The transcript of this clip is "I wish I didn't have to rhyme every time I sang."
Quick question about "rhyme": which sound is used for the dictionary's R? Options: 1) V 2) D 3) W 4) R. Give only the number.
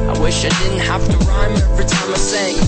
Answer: 4